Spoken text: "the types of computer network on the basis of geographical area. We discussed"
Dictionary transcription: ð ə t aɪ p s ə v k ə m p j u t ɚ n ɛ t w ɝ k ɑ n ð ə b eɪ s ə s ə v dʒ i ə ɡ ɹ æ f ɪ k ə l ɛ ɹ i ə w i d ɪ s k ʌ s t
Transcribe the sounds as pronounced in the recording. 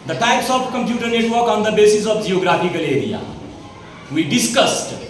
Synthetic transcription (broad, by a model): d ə t aɪ p s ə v k ə m p j u t ɚ n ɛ t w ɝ k ɑ n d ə b eɪ s ə s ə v dʒ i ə ɡ ɹ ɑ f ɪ k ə l ɛ ɹ i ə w i d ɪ s k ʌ s t